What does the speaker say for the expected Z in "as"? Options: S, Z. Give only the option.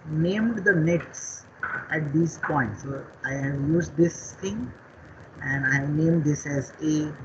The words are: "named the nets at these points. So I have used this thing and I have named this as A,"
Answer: Z